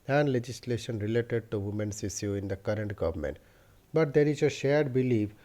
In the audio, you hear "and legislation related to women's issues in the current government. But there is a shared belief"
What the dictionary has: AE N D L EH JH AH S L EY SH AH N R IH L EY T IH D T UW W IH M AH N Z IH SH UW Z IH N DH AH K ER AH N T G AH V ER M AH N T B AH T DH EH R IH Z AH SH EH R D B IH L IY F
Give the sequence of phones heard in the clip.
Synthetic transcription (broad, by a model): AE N D L EH JH AH S L EY SH AH N R IH L EY T IH D T UW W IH M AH N S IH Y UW IH N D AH K ER AH N T G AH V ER M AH N T B AH T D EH R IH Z AH SH EH R D B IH L IY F